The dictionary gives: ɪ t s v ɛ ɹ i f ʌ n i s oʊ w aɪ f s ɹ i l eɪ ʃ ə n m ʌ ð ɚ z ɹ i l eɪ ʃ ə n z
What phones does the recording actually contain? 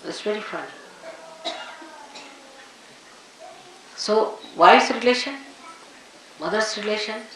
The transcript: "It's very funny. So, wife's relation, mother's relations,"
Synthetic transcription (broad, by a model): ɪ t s v ɛ ɹ i f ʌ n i s oʊ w aɪ s ɹ i l eɪ ʃ ə n m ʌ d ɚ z ɹ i l eɪ ʃ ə n